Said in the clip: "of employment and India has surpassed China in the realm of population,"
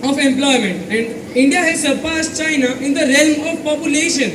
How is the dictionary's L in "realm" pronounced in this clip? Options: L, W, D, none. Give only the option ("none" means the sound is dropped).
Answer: L